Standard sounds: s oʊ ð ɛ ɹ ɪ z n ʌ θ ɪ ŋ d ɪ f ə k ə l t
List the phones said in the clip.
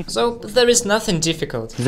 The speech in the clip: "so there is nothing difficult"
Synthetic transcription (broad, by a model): s oʊ ð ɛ ɹ ɪ z n ʌ θ ɪ ŋ d ɪ f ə k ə l t